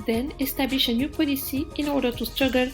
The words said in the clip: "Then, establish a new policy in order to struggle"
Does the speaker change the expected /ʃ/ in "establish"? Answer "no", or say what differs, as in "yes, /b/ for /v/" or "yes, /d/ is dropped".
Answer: no